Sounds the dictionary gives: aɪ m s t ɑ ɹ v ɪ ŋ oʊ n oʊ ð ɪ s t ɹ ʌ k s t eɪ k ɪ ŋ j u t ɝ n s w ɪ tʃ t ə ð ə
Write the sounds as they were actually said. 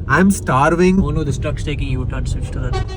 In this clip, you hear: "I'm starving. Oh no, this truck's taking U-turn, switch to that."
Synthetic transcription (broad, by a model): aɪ m s t ɑ ɹ v ɪ ŋ oʊ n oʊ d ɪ s t ʌ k s t eɪ k ɪ ŋ j u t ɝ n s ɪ s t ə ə